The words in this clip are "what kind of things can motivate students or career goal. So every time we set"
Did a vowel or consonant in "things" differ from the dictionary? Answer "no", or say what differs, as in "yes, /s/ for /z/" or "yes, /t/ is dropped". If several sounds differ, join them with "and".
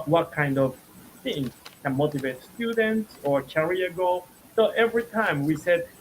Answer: yes, /z/ is dropped